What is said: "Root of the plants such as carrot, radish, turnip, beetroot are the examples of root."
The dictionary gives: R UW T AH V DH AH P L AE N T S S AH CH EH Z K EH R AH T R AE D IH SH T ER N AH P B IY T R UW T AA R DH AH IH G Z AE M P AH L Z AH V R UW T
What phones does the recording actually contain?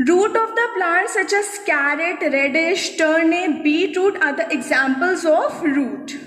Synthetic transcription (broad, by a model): R UW T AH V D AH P L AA T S S AH CH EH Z K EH R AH T R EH D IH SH T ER N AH B IY T R UW T AA R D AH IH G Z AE M P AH L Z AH F R UW T